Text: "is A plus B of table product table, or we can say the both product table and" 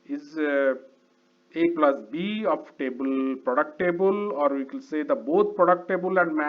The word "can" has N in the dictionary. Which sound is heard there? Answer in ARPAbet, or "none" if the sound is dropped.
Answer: L